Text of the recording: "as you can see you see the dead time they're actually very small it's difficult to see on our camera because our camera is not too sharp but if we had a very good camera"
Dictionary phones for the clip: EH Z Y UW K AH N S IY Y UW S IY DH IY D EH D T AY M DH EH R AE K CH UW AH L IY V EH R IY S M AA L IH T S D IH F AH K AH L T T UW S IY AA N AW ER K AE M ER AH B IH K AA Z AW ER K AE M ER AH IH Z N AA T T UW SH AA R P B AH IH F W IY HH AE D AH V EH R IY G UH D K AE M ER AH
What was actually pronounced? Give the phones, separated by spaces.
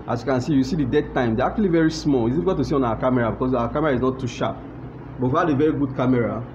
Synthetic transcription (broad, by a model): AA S Y UW K AH N S IY Y UW S IY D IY D EH D T AY M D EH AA K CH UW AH L IY V EH R IY S M AA L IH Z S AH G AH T T UW S IY AA N AW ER K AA M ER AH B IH K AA S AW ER K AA M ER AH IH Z N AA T T UW SH AA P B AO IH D AH V EH R IY G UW D K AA M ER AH